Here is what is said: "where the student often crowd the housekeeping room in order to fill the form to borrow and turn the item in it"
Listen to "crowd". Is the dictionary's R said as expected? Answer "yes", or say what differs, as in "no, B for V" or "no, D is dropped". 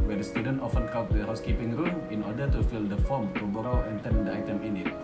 no, R is dropped